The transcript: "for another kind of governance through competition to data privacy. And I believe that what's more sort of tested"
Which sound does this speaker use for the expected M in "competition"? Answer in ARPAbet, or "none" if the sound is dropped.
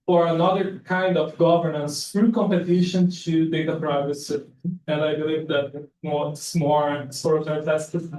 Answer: M